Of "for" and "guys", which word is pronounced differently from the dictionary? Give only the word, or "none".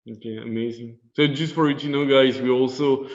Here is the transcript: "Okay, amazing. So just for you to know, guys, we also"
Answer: none